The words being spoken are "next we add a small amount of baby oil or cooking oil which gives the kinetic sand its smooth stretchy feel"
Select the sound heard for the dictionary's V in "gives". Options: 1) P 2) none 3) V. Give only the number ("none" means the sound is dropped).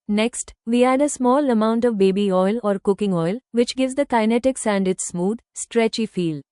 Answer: 3